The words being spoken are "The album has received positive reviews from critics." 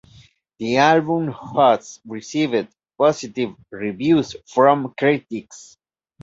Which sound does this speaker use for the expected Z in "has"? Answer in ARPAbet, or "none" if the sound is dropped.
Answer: S